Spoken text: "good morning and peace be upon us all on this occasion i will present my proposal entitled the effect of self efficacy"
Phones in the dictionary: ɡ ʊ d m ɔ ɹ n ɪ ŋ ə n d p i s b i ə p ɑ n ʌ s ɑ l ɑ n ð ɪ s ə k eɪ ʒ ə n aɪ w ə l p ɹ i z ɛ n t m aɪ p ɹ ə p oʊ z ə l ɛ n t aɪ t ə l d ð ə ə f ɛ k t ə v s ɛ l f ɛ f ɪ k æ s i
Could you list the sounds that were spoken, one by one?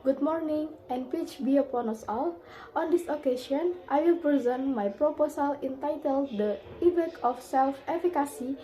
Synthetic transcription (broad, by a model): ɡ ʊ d m ɔ ɹ n ɪ ŋ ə n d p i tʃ b i ə p ɑ n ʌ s ɑ l ɑ n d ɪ s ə k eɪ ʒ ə n aɪ w ə l p ɹ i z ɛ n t m aɪ p ɹ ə p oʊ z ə l ɛ n t aɪ t ə l d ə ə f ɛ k ə f s ɛ l f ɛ f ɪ k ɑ s i